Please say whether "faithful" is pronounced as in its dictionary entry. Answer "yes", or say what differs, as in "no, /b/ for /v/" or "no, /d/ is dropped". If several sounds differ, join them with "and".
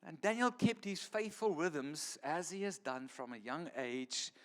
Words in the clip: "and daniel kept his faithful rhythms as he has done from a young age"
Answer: yes